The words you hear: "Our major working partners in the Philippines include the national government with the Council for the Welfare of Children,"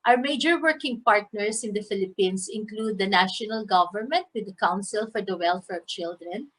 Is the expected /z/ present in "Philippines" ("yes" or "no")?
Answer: no